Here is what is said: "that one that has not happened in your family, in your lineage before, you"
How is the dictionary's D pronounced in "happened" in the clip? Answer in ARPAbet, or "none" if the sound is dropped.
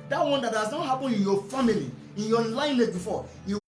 none